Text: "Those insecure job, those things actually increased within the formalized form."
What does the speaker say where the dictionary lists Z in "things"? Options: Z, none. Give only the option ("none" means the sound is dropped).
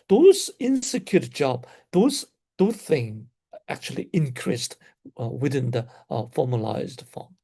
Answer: none